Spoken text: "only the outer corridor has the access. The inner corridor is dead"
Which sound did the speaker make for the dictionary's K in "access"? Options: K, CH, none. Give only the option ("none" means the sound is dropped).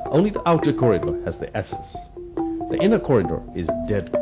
none